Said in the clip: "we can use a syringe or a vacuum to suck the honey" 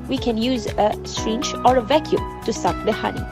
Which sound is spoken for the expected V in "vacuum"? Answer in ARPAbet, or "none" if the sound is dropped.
V